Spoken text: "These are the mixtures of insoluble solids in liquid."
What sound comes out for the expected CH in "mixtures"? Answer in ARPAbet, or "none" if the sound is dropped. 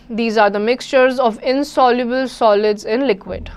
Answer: CH